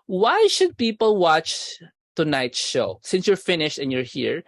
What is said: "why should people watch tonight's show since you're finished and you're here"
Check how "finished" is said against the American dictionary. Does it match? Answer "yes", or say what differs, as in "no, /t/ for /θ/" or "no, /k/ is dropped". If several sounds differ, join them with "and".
yes